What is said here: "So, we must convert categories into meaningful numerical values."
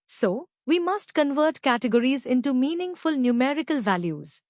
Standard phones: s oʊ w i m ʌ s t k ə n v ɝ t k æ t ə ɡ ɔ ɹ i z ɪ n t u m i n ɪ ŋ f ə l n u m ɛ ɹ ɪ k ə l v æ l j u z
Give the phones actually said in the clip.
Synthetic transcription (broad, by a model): s oʊ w i m ʌ s t k ə n v ɝ t k æ t ə ɡ ɔ ɹ i z ɪ n t u m i n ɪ ŋ f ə l n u m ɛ ɹ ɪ k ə l v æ l j u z